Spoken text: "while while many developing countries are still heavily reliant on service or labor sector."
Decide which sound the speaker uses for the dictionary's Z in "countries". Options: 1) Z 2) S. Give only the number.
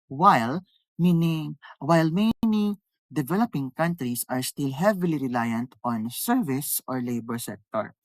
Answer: 2